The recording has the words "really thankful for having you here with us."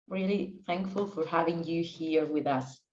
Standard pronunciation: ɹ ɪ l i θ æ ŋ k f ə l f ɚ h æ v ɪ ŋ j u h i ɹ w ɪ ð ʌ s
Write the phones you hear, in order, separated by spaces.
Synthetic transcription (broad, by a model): ɹ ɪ l i θ æ ŋ k f ə l f ɚ h æ v ɪ ŋ j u h i ɹ w ɪ ð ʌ s